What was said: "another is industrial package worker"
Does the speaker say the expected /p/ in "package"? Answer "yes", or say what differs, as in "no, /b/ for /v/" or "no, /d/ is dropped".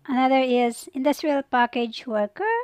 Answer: yes